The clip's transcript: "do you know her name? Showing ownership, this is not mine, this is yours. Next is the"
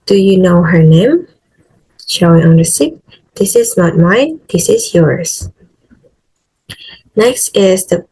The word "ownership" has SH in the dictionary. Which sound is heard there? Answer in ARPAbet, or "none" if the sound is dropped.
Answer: S